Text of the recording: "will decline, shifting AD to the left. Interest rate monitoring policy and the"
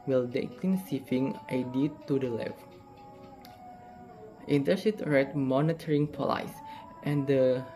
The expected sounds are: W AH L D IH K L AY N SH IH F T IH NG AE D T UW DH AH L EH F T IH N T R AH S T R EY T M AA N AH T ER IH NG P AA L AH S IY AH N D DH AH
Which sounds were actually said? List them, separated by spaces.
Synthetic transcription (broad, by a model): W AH L D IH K L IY N S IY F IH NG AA D T UW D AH L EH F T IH N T AH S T R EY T M AA N AH T ER IH NG P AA L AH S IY AH N D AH